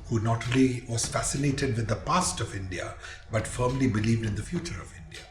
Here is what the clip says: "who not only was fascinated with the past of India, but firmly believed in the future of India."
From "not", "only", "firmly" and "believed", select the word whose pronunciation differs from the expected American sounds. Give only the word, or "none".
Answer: only